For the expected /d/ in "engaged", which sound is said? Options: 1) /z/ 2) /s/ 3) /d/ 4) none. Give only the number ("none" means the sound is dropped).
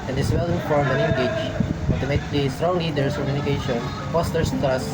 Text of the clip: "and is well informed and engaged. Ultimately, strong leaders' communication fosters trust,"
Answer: 4